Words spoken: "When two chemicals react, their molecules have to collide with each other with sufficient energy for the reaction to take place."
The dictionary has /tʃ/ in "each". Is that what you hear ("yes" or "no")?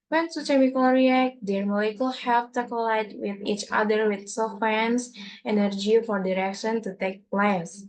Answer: yes